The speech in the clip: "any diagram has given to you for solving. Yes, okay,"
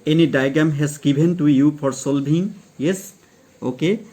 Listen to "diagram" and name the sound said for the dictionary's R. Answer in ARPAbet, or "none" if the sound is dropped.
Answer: none